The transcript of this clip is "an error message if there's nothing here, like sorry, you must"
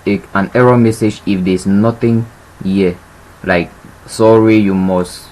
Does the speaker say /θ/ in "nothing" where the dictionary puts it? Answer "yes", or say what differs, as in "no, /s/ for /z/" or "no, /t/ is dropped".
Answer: no, /t/ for /θ/